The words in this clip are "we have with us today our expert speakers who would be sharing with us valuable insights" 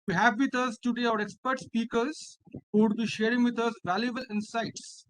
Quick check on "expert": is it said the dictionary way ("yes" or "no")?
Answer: yes